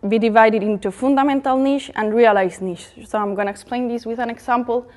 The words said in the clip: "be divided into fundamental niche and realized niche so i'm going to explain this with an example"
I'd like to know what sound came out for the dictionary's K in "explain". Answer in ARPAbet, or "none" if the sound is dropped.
K